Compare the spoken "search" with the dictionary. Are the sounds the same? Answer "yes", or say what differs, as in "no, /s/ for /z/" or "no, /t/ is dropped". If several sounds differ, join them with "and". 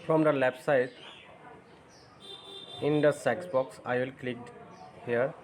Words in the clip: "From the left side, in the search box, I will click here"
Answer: no, /s/ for /tʃ/